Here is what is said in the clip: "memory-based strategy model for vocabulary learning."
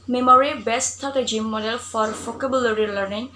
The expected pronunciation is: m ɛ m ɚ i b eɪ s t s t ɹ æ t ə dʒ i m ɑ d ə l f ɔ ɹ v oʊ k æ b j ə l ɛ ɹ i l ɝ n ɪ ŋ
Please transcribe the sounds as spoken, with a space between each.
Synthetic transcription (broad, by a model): m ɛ m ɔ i b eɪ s s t ɔ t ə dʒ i m ɑ d ə l f ɔ ɹ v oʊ k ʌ b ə l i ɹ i l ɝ n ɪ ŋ